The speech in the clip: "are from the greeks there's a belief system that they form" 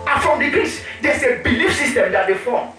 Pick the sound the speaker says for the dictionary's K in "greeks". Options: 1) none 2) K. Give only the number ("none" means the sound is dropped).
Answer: 1